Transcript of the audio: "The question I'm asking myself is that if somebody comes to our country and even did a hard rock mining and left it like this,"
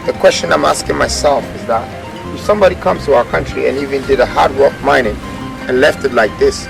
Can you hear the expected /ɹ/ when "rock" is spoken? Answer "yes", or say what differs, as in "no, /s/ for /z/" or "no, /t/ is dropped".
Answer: no, /w/ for /ɹ/